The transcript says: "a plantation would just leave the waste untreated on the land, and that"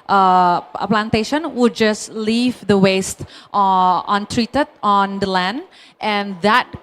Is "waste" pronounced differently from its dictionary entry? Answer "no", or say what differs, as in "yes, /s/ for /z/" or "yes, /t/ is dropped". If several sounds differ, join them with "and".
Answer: no